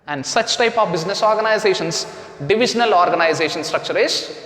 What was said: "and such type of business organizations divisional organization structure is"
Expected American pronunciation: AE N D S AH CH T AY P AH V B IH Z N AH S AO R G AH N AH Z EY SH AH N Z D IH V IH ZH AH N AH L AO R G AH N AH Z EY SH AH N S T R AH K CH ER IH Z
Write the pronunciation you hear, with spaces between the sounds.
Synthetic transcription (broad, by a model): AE N D S AH CH T AY P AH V B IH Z N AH S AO R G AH N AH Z EY SH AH N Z D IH V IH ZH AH N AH L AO R G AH N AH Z EY SH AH N S T R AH K CH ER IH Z